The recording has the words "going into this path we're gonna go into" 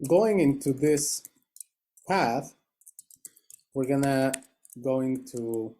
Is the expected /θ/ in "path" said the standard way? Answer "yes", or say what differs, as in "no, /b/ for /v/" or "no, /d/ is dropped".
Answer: yes